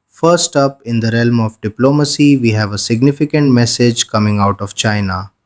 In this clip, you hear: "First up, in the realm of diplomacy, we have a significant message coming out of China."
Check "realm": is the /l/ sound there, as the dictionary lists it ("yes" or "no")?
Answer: yes